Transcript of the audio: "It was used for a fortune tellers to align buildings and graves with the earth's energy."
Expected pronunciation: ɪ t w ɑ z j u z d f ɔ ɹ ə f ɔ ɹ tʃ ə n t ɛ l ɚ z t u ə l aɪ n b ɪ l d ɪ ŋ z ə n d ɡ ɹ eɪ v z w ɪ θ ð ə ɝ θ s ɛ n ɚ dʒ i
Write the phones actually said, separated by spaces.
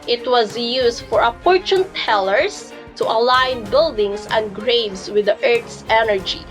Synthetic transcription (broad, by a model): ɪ t w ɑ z j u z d f ɔ ɹ ə p ɔ ɹ tʃ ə n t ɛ l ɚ s t u ə l aɪ n b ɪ l d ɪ ŋ s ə n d ɡ ɹ eɪ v s w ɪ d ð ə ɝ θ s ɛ n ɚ dʒ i